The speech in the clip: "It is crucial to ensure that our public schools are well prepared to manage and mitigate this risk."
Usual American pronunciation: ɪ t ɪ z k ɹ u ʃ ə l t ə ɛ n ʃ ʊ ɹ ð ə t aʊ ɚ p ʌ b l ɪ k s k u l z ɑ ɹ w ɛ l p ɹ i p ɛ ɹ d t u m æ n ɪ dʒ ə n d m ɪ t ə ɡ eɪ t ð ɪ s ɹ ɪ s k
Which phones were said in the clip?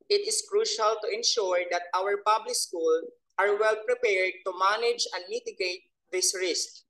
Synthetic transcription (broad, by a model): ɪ t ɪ s k ɹ u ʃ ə l t ə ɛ n ʃ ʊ ɹ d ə t aʊ ɚ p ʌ b l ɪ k s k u l ɑ ɹ w ɛ l p ɹ i p ɛ ɹ d t u m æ n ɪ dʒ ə n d m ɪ t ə ɡ eɪ t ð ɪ s ɹ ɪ s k